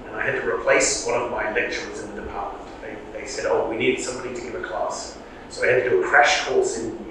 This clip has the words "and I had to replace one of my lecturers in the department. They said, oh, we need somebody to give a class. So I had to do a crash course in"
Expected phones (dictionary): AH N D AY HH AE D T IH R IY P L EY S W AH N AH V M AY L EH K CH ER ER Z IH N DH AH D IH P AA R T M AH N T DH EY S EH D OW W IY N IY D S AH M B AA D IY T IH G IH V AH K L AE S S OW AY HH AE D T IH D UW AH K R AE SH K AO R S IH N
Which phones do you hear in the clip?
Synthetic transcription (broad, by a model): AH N AY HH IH D T IH R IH P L EY S W AH N AH V M AY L EH K CH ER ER Z IH N DH AH D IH P AA R T M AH N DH DH EY S EH D OW W IY N IY D S AH M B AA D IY T IH G IH V AH K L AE S S OW AY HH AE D T IH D AH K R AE SH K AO L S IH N